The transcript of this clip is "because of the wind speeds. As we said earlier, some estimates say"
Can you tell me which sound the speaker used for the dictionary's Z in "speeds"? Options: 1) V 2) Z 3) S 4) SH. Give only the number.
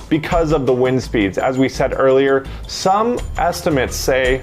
2